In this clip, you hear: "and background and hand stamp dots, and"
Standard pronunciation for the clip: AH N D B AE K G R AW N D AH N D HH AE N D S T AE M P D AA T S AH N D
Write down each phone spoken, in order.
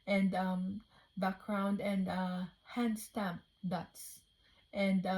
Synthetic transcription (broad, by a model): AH N D B AE K G R AW N D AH N D HH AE N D S T AE M P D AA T S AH N D